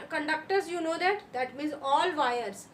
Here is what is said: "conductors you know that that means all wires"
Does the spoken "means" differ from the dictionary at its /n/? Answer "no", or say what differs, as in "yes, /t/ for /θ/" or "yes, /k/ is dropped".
yes, /n/ is dropped